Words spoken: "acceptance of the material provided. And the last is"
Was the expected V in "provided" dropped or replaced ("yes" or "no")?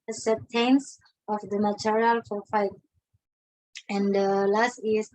yes